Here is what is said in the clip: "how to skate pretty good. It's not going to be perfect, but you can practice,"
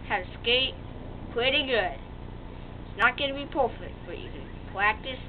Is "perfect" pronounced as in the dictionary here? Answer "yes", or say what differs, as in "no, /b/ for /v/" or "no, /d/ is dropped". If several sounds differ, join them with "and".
no, /k/ is dropped